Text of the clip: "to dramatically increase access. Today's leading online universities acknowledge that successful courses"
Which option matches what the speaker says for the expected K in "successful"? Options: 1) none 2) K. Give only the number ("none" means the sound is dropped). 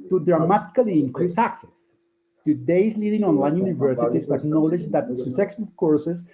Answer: 1